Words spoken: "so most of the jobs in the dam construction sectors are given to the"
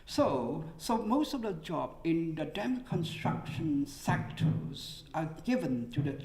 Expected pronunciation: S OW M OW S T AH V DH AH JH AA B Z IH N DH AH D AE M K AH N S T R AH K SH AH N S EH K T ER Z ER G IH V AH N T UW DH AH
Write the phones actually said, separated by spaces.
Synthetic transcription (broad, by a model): S OW M OW S T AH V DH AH JH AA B IH N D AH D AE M K AH N S T R AH K SH AH N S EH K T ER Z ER G IH V AH N T UW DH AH